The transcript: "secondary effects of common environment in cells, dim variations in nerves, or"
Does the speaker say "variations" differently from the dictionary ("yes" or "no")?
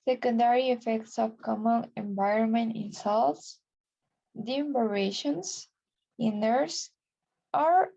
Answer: yes